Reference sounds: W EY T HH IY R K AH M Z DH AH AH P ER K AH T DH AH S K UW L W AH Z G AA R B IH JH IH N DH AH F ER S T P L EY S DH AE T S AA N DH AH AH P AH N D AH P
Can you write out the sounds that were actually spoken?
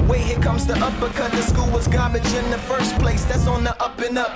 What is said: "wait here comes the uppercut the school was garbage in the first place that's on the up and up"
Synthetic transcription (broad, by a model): W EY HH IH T K AH M Z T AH AH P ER K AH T DH AH S K UW L W AH Z G AA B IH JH IH N DH AH F ER S P L EY S DH AE T S N DH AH AH P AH N AH P